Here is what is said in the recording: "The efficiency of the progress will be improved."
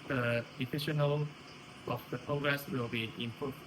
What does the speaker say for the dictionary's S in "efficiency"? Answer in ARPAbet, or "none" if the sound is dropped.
none